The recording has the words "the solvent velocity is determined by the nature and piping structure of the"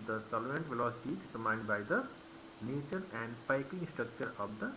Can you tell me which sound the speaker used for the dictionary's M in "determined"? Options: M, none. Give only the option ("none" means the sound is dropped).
none